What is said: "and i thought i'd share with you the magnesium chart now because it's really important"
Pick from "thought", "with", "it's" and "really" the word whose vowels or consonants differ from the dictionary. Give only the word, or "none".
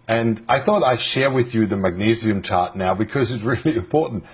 none